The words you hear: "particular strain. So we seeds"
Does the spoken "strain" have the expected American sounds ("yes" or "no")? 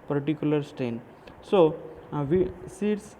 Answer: no